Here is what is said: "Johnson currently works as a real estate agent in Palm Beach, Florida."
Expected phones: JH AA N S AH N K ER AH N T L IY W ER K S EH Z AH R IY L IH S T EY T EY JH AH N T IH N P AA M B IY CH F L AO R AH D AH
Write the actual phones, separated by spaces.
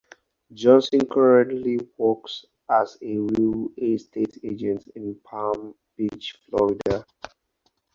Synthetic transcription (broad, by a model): JH AA N S AH N K ER AH N T L IY W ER K S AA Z AH R IY L IH S T EY T EY JH AH N T IH N P AA M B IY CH F L AO R AH D AH